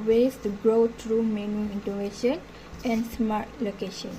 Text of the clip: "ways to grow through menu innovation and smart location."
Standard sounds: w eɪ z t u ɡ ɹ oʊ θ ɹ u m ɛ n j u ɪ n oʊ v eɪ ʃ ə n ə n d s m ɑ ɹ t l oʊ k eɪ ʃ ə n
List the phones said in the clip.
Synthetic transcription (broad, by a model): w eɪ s t u ɡ ɹ oʊ t ɹ u m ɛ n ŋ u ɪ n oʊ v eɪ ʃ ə n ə n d s m ɑ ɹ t l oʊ k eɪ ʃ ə n